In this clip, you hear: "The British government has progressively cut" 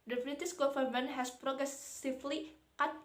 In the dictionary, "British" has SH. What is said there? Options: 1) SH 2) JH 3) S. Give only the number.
3